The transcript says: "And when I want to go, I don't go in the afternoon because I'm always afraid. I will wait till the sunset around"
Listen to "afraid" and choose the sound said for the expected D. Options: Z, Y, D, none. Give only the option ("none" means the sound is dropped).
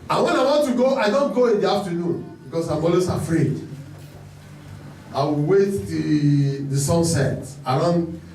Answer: D